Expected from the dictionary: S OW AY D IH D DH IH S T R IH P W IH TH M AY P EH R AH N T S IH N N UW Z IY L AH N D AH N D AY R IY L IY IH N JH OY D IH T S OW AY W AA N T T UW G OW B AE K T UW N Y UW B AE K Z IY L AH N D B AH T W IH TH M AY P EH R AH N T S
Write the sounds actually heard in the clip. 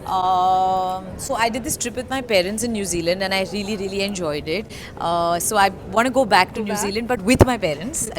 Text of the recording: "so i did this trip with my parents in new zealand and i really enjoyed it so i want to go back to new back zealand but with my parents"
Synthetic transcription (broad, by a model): S OW AY D IH D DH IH S T R IH P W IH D M AY P EH R AH N T S IH N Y UW Z IY L AH N D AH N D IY R IY L IY IH N JH OY D IH T S OW AY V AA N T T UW G OW B AE K T UW N Y UW Z IY L AH N D B AH T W IH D M AY P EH R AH N T S